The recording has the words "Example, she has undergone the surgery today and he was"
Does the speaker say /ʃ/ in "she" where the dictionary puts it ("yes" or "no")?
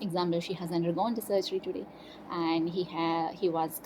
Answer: yes